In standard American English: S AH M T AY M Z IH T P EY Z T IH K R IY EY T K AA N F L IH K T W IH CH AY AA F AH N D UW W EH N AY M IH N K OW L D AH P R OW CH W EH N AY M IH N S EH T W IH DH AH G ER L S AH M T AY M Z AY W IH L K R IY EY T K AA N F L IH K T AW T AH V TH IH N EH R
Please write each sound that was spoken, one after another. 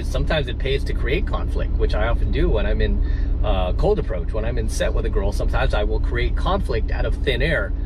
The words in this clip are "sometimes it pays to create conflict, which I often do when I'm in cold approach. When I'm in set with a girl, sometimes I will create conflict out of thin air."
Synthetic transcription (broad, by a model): S AH M T AY M Z IH T P EY Z T IH K R IY EY T K AA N F L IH K T W IH CH AY AA F AH N D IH W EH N AY M IH N K OW L D AH P R OW CH W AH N AY M IH N S EH T W IH DH AH G ER L S AH M T AY M Z AY W IH L K R IY EY T K AA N F L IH K T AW T AH V TH IH N EH R